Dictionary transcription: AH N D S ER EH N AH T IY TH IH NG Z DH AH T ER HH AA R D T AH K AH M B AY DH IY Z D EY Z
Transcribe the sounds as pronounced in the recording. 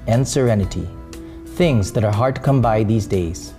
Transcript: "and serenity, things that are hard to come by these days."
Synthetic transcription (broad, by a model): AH N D S ER EH N AH T IY TH IH NG Z DH AH T ER HH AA R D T K AH M B AY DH IY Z D EY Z